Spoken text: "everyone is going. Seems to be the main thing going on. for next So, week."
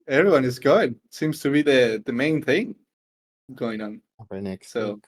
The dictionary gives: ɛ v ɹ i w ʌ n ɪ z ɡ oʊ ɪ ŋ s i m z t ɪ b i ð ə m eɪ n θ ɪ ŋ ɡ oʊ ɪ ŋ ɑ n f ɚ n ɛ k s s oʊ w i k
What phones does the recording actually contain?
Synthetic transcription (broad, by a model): ɛ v ɹ i w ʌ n ɪ z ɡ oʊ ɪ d s i m z t ɪ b i ð ə m eɪ n θ ɪ ŋ ɡ oʊ ɪ ŋ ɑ n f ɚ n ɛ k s s oʊ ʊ